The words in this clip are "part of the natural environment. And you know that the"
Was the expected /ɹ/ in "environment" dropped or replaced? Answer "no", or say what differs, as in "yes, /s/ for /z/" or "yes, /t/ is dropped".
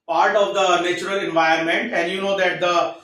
yes, /ɹ/ is dropped